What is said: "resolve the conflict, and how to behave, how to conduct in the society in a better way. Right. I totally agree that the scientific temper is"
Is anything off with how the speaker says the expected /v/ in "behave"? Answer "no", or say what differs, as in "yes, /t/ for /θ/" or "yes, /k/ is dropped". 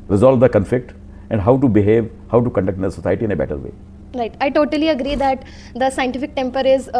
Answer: no